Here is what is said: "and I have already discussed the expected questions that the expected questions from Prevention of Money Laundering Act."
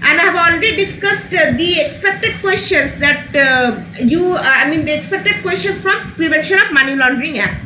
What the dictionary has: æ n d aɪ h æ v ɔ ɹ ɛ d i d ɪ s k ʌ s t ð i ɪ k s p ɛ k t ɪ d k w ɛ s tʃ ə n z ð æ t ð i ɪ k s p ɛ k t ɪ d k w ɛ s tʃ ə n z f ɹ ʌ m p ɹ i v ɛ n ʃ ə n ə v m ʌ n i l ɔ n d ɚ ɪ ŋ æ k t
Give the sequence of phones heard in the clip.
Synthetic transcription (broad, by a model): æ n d aɪ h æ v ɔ l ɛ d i d ɪ s k ʌ s t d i ɪ k s p ɛ k t ɪ d k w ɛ s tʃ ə n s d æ t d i ɪ k s p ɛ k t ɪ d k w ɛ s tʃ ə n s f ɹ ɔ m p ɹ i v ɛ n ʃ ə n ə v m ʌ n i l ɔ n d ɚ ɪ ŋ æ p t